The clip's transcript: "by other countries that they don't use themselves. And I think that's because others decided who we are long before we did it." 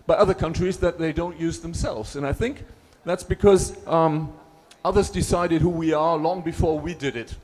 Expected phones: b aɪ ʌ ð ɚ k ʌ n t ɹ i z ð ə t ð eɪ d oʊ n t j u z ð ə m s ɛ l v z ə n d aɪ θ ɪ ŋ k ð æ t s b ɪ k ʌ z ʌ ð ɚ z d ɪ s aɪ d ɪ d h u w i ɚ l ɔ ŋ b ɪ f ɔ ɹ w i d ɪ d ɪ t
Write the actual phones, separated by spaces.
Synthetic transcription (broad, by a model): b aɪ ʌ ð ɚ k ʌ n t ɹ i z ð ə t ð eɪ d oʊ n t j u z ð ə m s ɛ l v z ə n aɪ θ ɪ ŋ k ð æ t s b ɪ k ʌ z ʌ ð ɚ z d ɪ s aɪ d ɪ d h u w i ɚ l ɔ ŋ b ɪ f ɔ ɹ w i d ɪ d ɪ t